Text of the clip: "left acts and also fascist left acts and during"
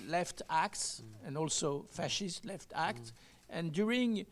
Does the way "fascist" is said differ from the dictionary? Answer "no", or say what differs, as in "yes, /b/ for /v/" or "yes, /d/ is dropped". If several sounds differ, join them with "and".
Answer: no